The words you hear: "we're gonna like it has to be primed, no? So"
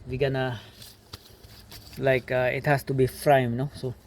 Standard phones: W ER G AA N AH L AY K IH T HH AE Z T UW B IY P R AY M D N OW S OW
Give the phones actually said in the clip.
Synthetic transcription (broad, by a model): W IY G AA N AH L AY K IH T HH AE S T UW B IY F R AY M N OW S OW